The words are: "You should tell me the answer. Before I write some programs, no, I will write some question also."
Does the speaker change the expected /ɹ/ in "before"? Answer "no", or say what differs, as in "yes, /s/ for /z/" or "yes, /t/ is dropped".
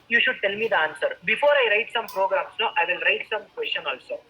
no